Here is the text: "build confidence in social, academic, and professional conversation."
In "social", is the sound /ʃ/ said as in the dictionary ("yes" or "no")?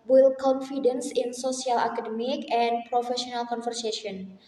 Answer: no